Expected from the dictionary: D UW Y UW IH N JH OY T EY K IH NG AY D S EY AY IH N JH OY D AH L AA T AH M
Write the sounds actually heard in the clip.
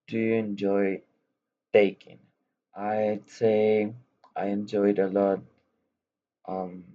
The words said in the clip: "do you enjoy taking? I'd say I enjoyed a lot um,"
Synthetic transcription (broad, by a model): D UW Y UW IH N JH OY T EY K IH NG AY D S EY AY IH N JH OY D AH L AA T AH M